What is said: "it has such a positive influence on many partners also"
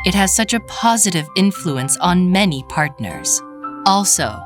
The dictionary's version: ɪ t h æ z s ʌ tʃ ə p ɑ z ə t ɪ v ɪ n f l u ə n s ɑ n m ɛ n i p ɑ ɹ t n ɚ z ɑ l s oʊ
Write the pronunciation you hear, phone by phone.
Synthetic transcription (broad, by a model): ɪ t h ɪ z s ʌ tʃ ə p ɑ z ə t ɪ v ɪ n f l u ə n s n m ɛ n i p ɑ ɹ t n ɚ z ɑ l s oʊ